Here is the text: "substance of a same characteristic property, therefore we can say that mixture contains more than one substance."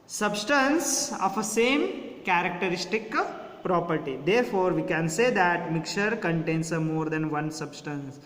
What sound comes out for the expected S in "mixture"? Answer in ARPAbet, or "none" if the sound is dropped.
none